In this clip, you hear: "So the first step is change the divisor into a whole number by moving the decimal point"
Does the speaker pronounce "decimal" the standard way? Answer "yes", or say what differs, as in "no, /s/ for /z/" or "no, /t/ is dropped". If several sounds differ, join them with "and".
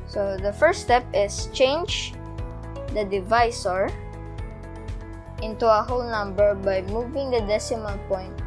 no, /n/ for /l/